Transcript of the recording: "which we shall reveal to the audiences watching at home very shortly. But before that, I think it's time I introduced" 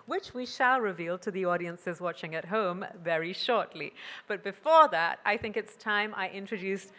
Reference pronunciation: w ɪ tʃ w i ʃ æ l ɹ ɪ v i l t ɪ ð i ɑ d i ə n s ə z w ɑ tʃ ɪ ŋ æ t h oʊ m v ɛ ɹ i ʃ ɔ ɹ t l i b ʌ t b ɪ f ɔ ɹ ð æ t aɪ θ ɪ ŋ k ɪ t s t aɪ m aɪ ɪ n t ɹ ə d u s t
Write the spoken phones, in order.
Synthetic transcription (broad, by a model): w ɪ tʃ w i ʃ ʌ l ɹ ɪ v i l t ɪ ð i ɑ d i ə n s ə z w ɑ tʃ ɪ ŋ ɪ t h oʊ m v ɛ ɹ i ʃ ɔ ɹ t l i b ʌ t b ɪ f ɔ ɹ ð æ t aɪ θ ɪ ŋ k ɪ t s t aɪ m aɪ ɪ n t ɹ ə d u s t